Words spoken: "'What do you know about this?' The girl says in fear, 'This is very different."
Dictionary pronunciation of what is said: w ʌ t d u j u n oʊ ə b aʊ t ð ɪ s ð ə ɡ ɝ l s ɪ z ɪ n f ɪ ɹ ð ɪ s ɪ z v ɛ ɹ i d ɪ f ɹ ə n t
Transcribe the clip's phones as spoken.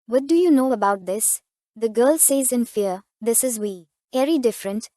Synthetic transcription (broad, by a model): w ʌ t d u j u n oʊ ə b aʊ t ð ɪ s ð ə ɡ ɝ l s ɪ z ɪ n f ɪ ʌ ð ɪ s ɪ z w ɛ ɹ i d ɪ f ɹ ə n t